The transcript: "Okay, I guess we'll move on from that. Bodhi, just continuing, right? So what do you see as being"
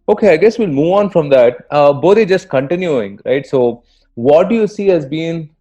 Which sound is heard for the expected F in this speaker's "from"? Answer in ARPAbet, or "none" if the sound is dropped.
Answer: F